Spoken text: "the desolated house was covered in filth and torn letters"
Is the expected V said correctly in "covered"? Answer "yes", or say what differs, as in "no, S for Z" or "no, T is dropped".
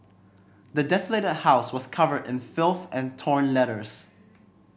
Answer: yes